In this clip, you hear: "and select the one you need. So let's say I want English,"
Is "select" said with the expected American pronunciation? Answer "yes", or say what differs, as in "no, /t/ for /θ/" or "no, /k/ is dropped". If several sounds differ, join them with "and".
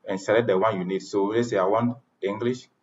no, /k/ is dropped